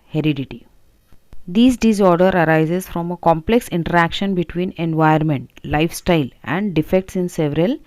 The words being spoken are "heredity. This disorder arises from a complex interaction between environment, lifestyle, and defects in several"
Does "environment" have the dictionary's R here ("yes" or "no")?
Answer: no